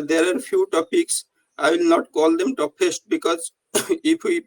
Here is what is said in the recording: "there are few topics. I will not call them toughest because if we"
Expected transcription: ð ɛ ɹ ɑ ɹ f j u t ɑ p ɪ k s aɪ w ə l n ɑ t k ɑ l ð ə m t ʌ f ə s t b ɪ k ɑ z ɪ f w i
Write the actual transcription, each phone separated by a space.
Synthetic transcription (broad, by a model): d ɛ ɹ ɑ ɹ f j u t ɑ p ɪ k s aɪ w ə l n ɑ t k ɑ l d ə m t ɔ p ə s t b ɪ k ɑ z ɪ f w i